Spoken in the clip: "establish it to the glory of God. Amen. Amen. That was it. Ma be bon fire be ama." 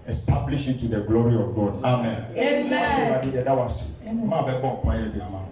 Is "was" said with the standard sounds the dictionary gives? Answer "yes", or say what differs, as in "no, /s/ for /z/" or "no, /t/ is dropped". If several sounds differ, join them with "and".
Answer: no, /s/ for /z/